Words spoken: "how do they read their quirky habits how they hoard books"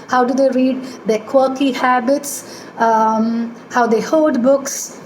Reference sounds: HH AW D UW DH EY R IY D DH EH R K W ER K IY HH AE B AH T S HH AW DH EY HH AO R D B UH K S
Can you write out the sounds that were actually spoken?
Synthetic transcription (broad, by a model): HH AW D UW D EY R IY D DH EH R K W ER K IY HH AE B AH T S HH AW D EY HH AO L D B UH K S